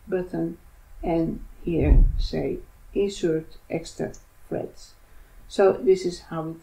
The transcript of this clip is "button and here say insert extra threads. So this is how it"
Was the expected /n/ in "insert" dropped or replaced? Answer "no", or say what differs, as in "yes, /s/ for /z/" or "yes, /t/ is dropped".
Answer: yes, /n/ is dropped